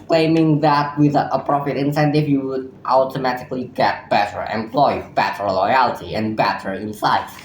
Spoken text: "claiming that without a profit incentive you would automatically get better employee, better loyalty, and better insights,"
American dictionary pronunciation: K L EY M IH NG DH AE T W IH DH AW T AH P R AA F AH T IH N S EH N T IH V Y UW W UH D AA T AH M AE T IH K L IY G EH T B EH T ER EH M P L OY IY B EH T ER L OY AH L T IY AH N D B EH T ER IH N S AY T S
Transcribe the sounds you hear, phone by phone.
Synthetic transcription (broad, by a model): K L EY M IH NG DH AE T W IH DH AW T AH P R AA P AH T IH N S EH N T IH V Y UW W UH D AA T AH M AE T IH K L IY G EH T B EH T ER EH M P L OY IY B EH T ER L OY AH L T IY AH N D B EH T ER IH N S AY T